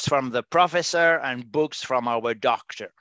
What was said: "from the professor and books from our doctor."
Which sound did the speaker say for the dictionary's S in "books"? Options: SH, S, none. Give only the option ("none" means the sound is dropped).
S